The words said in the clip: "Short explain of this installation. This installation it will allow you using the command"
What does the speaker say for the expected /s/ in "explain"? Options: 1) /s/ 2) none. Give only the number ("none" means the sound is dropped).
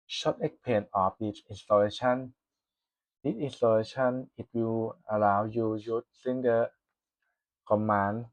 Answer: 2